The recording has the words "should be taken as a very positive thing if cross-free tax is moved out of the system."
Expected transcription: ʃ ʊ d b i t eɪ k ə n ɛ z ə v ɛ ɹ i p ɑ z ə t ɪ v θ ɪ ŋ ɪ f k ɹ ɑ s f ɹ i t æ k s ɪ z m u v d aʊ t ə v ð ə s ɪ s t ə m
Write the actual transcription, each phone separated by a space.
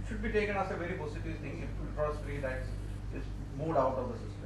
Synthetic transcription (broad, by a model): ʃ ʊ d b i t eɪ k ə n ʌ s ə v ɛ ɹ i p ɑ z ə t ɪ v t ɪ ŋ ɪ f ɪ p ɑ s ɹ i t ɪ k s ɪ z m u d aʊ t ə v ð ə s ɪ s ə